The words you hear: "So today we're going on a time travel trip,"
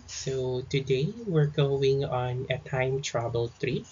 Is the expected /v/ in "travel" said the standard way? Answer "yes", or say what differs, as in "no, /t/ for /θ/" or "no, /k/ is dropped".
no, /b/ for /v/